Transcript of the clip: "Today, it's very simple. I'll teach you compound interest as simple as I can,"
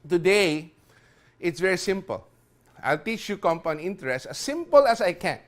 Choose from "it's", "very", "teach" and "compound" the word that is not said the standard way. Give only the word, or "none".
compound